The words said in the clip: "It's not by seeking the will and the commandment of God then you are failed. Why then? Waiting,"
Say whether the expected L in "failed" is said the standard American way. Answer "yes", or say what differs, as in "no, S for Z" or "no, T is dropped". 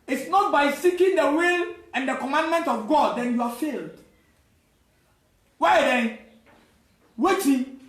yes